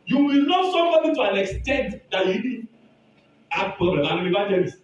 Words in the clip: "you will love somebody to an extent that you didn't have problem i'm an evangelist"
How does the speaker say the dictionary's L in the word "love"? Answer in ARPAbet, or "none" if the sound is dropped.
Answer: N